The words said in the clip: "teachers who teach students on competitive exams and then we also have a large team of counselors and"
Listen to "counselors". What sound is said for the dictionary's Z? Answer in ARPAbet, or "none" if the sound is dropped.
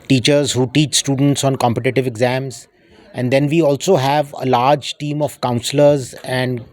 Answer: Z